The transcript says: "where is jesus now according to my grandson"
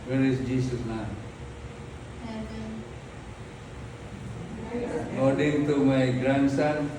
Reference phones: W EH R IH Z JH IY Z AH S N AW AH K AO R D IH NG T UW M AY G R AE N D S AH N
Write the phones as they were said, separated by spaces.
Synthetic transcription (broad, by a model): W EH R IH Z JH IY S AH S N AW AH K AO R D IH NG T UW M AY G R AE N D S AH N